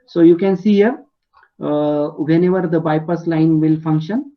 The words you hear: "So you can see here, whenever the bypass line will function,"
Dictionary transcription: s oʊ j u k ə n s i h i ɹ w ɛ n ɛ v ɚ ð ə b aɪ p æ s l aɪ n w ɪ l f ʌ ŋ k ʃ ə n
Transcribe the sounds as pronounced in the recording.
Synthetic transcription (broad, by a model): s oʊ j u k ə n s i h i ɹ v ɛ n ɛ v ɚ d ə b aɪ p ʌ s l aɪ n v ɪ l f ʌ ŋ k ʃ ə n